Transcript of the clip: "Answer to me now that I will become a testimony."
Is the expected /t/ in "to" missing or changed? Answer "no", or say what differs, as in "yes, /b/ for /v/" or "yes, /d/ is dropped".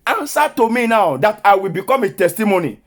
no